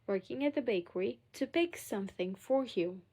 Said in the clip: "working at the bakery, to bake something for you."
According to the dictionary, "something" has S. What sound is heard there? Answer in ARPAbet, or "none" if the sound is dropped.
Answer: S